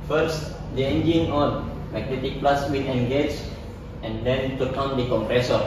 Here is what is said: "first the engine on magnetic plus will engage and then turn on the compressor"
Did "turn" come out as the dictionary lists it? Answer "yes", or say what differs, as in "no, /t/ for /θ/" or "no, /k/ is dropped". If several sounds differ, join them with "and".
no, /n/ is dropped